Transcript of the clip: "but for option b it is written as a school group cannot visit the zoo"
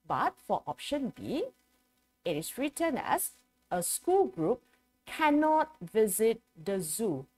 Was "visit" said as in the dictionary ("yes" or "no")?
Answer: yes